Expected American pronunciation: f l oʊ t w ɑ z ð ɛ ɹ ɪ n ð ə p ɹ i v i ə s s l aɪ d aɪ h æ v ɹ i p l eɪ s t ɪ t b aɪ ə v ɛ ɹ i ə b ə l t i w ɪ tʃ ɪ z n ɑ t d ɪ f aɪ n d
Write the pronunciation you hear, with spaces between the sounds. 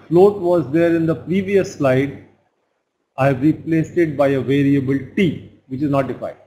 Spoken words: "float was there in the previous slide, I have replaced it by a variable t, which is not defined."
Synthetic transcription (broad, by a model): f l oʊ t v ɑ z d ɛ ɹ ɪ n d ə p ɹ i v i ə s s l aɪ d aɪ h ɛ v ɹ i p l eɪ s t ɪ t b aɪ ə v ɛ ɹ i ə b ə l t i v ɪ tʃ ɪ z n ɑ t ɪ f aɪ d